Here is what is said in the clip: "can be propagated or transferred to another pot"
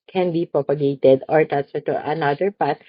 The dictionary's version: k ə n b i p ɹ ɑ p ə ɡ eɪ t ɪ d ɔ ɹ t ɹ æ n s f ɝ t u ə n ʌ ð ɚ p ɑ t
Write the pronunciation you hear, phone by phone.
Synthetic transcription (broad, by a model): k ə n b i p ɹ ɑ p ə ɡ eɪ t ɪ d ɔ ɹ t æ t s ɝ t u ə n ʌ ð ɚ p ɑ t